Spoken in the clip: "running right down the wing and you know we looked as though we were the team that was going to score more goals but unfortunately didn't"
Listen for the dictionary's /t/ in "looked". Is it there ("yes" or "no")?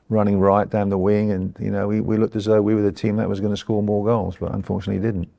yes